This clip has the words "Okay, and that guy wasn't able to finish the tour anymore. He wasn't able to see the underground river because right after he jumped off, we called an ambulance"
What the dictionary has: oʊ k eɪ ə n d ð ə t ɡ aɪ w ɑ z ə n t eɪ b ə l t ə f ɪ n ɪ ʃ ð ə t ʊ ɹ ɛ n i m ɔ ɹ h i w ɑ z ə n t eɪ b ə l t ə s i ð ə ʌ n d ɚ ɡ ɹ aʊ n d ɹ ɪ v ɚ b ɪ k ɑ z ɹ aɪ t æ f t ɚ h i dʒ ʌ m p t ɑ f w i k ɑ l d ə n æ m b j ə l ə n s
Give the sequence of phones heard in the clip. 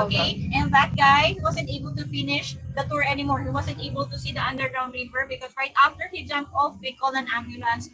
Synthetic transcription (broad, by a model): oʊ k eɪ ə n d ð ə t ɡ aɪ w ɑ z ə n t eɪ b ə l t ə f ɪ n ɪ ʃ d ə t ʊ ɹ ɛ n i m ɔ ɹ h i w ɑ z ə n t eɪ b ə l t ə s i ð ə ʌ n d ɚ ɡ ɹ aʊ n d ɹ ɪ b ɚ b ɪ k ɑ s ɹ aɪ t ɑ f t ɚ h i dʒ ʌ m p t ɑ f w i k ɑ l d ə n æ m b j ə l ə n s